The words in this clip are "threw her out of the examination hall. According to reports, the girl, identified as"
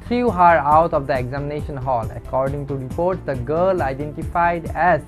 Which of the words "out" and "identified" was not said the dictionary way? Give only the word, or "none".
none